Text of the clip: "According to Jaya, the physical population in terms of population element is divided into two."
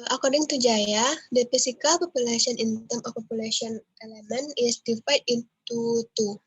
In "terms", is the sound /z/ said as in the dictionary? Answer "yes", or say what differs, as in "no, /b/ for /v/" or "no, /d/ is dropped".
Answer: no, /z/ is dropped